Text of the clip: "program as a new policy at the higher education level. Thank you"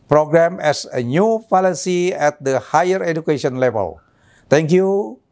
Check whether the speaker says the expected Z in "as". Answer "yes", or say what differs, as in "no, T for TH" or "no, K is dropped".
no, S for Z